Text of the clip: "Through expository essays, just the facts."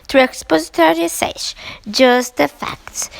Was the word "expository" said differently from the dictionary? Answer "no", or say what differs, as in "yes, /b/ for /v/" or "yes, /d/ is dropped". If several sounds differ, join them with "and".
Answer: no